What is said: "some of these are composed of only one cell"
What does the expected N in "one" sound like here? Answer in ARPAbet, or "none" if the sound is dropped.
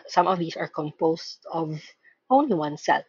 N